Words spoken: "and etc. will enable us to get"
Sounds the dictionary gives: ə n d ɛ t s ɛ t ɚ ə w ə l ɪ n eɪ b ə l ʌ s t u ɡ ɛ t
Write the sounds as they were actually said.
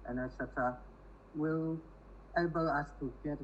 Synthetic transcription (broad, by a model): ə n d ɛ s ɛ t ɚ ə w ə l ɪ ɪ b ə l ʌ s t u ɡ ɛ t